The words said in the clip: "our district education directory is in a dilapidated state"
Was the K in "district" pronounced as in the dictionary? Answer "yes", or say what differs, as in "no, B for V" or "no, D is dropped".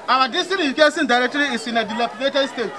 no, K is dropped